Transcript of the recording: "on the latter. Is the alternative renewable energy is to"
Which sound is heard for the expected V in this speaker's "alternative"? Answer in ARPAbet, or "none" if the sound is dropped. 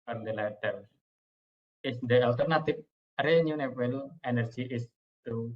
P